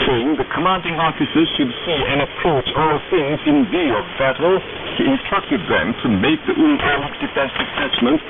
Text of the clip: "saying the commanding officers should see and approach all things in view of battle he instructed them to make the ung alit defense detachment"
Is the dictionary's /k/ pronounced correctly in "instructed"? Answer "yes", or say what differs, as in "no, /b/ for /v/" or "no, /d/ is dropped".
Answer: yes